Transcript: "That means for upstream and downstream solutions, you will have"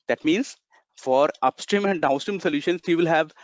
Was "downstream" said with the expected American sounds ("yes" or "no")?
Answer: yes